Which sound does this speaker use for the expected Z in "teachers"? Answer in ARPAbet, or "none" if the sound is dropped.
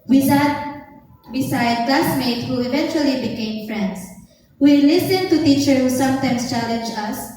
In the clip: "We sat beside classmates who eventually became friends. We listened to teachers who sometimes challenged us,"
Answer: none